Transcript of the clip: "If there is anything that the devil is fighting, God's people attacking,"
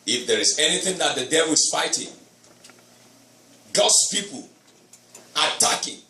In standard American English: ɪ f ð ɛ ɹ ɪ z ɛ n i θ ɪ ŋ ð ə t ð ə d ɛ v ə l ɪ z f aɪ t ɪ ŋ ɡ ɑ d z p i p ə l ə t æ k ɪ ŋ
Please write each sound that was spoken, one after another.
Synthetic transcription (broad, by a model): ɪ f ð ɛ ɹ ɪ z ɛ n i θ ɪ ŋ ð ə t ð ə d ɛ v ə l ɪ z f aɪ t ɪ ŋ ɡ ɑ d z p i p ə l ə t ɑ k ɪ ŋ